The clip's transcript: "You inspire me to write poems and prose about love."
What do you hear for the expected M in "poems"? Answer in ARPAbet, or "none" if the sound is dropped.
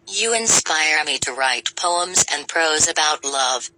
M